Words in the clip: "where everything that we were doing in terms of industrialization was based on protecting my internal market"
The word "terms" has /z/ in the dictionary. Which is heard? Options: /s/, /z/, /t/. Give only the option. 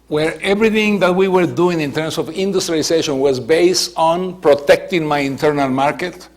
/s/